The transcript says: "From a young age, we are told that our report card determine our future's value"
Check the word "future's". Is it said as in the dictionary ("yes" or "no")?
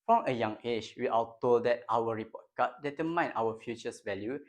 no